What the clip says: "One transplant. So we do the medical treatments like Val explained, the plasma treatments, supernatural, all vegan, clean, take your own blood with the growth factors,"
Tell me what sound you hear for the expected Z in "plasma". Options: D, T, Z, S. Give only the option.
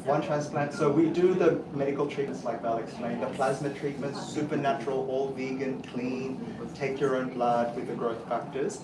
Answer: Z